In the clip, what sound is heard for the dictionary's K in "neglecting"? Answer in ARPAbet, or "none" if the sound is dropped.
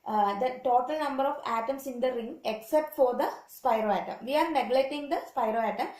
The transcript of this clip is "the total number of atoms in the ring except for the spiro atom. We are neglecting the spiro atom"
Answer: none